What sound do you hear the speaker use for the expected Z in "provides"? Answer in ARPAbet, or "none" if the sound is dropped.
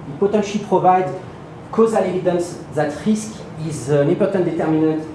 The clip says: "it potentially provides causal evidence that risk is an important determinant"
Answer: none